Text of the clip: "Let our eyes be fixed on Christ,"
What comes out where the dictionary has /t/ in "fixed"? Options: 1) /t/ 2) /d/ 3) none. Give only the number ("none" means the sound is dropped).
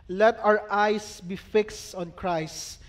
1